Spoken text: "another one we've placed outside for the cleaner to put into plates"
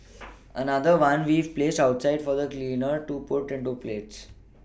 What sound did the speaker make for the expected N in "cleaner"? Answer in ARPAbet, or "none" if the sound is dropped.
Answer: N